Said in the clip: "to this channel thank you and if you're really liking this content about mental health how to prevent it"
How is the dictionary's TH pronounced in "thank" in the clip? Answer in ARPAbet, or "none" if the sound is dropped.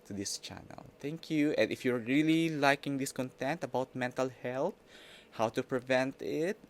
T